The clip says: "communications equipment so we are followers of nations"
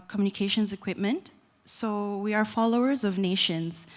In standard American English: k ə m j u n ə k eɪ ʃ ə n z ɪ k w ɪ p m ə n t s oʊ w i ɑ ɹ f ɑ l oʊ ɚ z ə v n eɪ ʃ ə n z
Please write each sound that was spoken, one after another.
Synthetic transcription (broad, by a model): k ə m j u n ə k eɪ ʃ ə n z ɪ k w ɪ p m ə n t s oʊ w i ɑ ɹ f ɑ l oʊ ɚ z ə v n eɪ ʃ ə n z